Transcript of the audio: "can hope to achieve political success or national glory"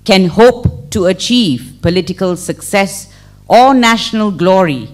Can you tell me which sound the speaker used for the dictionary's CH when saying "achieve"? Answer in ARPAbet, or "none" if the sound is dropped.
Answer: CH